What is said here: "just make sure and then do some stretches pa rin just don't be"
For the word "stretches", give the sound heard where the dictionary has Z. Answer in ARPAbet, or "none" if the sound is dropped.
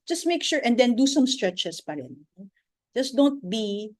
S